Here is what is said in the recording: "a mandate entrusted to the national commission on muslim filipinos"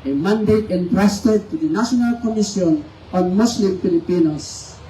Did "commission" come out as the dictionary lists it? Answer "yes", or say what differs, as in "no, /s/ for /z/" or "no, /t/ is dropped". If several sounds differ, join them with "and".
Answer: no, /s/ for /ʃ/